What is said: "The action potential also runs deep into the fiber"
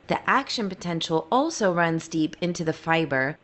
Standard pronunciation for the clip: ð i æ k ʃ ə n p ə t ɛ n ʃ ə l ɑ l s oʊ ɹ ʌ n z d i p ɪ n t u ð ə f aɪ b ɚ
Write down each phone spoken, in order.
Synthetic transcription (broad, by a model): ð i æ k ʃ ə n p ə t ɛ n ʃ l ɑ l s oʊ ɹ ʌ n z d i p ɪ n t u ð ə f aɪ b ɚ